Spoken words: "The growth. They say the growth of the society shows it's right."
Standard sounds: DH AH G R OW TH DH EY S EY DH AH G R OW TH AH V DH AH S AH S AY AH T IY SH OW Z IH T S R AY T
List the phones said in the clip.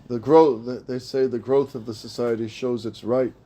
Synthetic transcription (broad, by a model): DH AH G R OW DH DH EY S EY DH AH G R OW TH AH V DH AH S AH S AY AH T IY SH OW Z IH T S R AY T